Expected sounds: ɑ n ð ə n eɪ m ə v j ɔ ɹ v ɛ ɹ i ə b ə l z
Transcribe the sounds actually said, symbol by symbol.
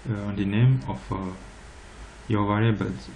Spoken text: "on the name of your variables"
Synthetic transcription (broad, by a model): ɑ n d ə n eɪ m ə f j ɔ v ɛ ɹ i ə b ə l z